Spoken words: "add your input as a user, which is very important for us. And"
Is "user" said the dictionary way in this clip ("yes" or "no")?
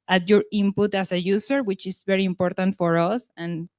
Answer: no